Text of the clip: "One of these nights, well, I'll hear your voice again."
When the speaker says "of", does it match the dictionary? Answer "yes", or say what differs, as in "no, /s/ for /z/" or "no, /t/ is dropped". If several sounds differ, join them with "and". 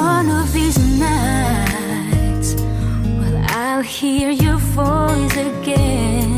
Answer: yes